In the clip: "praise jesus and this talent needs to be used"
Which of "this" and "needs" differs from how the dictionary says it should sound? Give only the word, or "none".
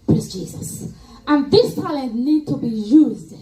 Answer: needs